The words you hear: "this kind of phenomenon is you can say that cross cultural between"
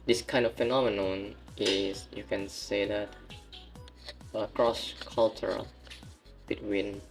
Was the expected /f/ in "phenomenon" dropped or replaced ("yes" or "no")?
no